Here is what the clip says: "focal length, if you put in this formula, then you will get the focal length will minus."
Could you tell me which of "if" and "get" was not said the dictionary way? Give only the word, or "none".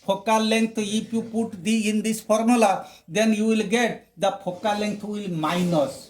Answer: if